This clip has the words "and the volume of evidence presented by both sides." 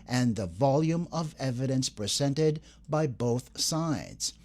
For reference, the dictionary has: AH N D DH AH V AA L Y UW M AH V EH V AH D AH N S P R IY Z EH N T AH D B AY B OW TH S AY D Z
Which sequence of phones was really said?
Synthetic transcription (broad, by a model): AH N DH AH V AA L Y UW M AH V EH V AH D AH N S P R IY Z EH N T AH D B AY B OW TH S AY D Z